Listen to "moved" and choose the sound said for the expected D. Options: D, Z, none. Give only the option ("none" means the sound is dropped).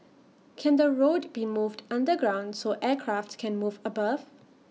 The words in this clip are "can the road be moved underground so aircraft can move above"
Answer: D